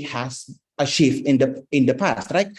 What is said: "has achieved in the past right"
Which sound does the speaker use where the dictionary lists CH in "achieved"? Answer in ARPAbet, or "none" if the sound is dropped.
SH